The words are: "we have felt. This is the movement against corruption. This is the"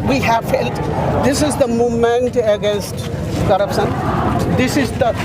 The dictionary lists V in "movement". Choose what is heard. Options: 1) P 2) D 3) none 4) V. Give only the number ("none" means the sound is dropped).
3